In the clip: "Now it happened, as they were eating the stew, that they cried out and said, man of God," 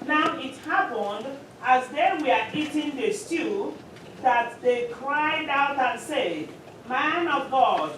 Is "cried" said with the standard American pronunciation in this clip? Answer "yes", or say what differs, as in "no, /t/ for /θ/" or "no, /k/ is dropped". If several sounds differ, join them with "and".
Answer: yes